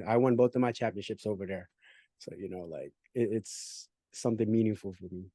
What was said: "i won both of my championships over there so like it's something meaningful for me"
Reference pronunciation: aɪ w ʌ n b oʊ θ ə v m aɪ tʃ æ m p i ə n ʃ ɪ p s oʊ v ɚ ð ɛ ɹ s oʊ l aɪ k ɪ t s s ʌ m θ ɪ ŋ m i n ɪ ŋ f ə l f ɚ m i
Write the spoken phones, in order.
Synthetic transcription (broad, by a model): aɪ w ʌ n b oʊ θ ə v m aɪ tʃ æ m p i ə n ʃ ɪ p s oʊ v ɚ ð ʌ ɹ s oʊ l aɪ k ɪ t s s ʌ m θ ɪ ŋ m i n ɪ ŋ f l f ɚ m i